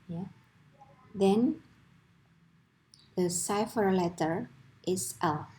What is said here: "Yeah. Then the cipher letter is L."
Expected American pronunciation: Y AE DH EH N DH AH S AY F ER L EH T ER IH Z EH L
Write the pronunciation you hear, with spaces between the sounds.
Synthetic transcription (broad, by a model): Y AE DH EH N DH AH S AY F ER L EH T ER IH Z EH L